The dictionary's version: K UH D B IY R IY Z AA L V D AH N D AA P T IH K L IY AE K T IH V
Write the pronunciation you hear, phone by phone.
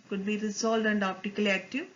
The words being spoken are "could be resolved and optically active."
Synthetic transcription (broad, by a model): K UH D B IY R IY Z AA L D AH N D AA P T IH K L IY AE K T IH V